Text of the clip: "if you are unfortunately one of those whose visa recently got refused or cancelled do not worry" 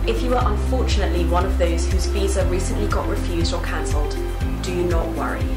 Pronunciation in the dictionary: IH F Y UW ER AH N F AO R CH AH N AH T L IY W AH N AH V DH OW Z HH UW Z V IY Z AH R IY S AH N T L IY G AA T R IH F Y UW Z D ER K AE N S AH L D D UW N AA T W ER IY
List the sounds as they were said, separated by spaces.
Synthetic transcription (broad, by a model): IH F Y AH ER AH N F AO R CH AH N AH T L IY W AH N AH V DH OW Z HH UW Z V IY Z AH R IY S AH N T L IY G AA T R IH F Y UW Z D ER K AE N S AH L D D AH N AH T W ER IY